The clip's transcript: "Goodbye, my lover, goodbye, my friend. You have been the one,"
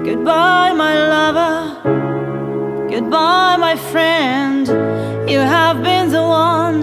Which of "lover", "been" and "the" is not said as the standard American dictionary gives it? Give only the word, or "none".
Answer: none